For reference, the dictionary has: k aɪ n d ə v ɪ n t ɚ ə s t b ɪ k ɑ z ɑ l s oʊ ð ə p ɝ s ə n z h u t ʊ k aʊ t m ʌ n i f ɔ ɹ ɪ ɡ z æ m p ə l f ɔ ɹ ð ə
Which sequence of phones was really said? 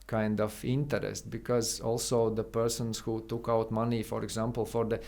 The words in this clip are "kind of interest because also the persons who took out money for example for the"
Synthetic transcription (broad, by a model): k aɪ n d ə f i n t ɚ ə s t b ɪ k ɑ z ɑ l s oʊ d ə p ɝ s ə n s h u t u k aʊ t m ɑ n i f ɔ ɹ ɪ ɡ z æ m p l f ɔ ɹ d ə